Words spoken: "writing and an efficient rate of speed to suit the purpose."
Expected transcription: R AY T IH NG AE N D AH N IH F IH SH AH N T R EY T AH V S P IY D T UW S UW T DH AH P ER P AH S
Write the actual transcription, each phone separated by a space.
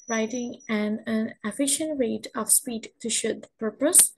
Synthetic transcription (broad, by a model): R AY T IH NG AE N AH N IH F IH SH AH N T R EY T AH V S P IY D T UW SH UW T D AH P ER P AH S